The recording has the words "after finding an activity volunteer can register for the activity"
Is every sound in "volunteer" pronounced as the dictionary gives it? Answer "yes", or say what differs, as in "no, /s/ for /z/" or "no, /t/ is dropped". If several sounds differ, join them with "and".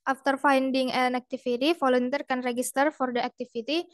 no, /f/ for /v/